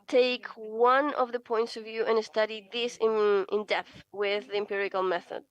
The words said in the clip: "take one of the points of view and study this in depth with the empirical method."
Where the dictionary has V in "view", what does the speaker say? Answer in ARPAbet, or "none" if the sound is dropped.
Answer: V